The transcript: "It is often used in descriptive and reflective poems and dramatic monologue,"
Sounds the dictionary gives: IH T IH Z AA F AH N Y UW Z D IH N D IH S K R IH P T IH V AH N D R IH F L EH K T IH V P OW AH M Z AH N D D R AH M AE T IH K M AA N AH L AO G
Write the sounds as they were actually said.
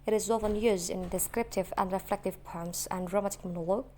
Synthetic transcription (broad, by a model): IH T IH Z AA F AH N Y UW Z D IH N D IH S K R IH P T IH V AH N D R IH F L EH K T IH V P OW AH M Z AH N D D R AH M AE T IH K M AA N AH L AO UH